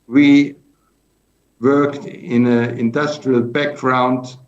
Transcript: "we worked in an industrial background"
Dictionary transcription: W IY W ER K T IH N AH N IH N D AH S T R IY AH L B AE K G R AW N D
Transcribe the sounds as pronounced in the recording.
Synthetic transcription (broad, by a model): W IY W ER K T IH N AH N IH N D AH S T R IY AH L B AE K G R AW N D